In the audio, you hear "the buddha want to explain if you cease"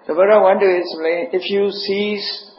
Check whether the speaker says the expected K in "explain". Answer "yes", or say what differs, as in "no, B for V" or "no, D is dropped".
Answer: no, K is dropped